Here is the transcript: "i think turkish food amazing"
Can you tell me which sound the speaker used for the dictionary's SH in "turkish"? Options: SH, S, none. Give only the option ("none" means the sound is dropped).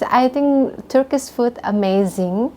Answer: S